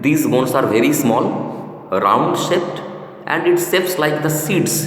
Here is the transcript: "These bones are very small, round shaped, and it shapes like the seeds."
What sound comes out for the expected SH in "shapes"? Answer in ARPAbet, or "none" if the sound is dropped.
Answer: S